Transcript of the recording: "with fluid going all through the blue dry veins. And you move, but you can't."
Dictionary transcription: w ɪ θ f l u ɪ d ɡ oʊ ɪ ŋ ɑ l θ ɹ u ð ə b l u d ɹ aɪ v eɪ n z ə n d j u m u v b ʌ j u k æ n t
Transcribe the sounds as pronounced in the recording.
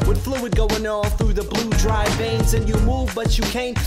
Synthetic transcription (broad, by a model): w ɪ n f l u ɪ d ɡ oʊ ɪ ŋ ɑ l θ ɹ u ð ə b l u d ɹ aɪ v eɪ n z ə n j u m u v b ʌ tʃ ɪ k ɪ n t